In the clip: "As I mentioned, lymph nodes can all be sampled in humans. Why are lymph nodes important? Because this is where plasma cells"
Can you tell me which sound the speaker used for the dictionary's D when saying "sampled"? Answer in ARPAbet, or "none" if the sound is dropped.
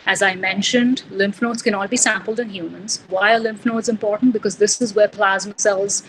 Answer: D